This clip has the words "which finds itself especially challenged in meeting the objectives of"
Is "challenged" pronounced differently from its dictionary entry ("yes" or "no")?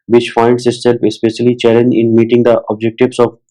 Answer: yes